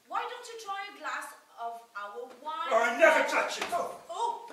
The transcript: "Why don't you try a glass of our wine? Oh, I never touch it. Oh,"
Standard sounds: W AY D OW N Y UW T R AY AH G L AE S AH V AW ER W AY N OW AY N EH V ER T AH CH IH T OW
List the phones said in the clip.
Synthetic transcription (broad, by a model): W AY D OW N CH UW T R AY AH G L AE S AH V AW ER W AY AA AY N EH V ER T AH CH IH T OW